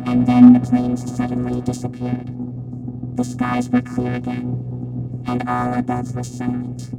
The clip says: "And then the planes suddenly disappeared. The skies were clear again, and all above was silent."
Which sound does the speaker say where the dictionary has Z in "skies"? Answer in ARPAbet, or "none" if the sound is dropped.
Z